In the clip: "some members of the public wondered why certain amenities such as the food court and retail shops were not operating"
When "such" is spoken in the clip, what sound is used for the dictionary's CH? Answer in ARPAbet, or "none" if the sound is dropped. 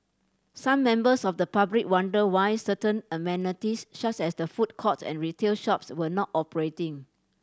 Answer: S